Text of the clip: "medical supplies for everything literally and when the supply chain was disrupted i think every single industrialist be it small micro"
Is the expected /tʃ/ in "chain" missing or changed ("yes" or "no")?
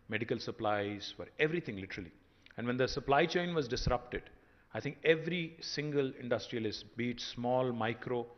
no